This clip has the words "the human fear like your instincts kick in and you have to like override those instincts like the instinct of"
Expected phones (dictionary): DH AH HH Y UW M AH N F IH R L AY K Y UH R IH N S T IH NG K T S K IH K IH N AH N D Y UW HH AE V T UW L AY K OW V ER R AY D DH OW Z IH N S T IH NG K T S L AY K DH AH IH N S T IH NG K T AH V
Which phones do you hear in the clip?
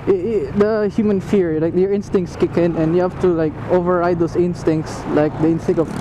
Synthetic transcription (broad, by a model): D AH HH Y UW M AH N F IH R L AY K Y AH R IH N S T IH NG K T S K IH K IH N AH N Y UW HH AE F T UW L AY K OW V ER R AY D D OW S IH N S T IH NG K T S L AY K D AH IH N S T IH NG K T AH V